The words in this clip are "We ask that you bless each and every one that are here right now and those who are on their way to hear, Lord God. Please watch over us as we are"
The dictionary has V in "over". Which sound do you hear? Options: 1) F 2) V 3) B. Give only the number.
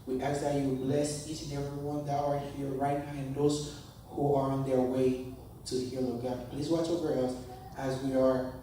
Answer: 3